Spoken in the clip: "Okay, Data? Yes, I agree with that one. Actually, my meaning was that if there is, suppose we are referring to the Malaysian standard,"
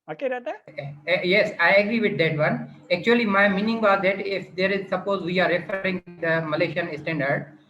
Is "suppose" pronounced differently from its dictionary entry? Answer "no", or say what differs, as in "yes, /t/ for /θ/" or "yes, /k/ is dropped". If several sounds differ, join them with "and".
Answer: no